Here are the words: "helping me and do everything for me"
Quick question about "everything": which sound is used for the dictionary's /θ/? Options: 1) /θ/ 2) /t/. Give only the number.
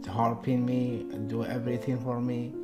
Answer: 2